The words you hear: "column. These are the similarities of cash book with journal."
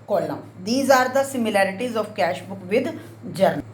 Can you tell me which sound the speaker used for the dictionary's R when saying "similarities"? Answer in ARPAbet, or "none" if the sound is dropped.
R